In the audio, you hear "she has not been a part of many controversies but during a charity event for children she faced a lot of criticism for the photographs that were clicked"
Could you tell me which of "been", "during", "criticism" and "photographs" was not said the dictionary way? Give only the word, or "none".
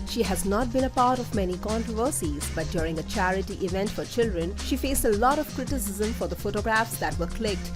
none